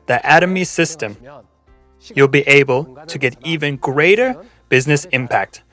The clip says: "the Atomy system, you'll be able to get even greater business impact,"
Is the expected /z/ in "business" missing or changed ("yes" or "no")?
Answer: no